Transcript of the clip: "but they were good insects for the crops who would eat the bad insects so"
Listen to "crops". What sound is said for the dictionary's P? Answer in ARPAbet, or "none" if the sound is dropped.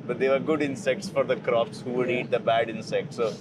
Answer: F